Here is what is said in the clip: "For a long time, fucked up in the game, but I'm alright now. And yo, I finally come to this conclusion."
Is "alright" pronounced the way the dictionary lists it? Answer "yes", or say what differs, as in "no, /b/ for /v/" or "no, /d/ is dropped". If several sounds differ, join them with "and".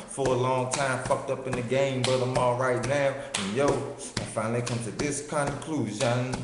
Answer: yes